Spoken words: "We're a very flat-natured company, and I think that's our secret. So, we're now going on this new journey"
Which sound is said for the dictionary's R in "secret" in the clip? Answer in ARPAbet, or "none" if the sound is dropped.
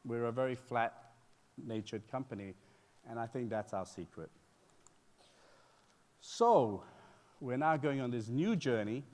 R